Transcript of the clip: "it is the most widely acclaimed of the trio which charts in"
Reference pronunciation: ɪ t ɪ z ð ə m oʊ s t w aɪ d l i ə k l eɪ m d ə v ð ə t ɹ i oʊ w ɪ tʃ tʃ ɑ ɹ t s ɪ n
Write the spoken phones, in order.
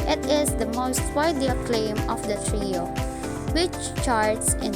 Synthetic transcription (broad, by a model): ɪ t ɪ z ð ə m oʊ s t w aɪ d i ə k l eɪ m ə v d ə t ɹ i oʊ w ɪ tʃ tʃ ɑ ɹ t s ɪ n